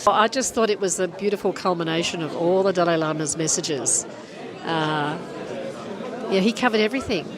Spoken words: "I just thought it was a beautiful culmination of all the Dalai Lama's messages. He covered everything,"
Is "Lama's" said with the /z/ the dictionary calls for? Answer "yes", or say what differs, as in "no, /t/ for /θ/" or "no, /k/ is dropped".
yes